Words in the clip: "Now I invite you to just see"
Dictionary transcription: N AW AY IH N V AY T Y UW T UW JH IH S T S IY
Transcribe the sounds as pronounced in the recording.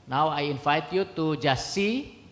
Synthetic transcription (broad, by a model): N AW AY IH N F AY T Y UW T UW JH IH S S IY